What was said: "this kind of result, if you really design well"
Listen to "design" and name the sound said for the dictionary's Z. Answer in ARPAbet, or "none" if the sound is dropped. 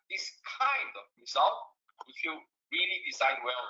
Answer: S